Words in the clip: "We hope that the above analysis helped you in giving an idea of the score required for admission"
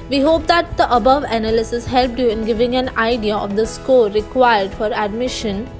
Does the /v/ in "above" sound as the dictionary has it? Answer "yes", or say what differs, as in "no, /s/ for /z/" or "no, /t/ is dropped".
yes